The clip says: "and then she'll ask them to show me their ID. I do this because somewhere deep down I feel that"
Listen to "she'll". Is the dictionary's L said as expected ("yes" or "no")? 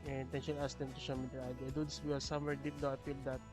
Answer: no